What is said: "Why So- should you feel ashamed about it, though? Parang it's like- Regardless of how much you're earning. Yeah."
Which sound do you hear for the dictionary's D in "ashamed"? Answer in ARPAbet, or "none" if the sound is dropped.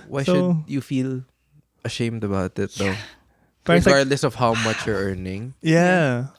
D